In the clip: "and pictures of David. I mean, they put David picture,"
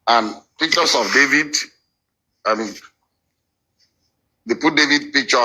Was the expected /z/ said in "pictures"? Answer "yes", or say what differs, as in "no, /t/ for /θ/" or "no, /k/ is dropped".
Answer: no, /s/ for /z/